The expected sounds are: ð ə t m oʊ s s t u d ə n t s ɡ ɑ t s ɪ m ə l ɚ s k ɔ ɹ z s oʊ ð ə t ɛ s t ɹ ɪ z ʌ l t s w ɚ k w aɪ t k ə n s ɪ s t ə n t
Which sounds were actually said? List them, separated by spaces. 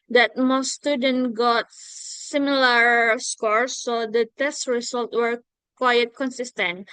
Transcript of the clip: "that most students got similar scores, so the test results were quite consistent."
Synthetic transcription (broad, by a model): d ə t m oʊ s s t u d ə n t ɡ ɑ t s ɪ m ə l ɚ s k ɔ ɹ s oʊ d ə t ɛ s t ɹ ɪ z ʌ l t w ɚ k w aɪ t k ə n s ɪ s t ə n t